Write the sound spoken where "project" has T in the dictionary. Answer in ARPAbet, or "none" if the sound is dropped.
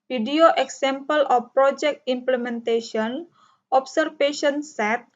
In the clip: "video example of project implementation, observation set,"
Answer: T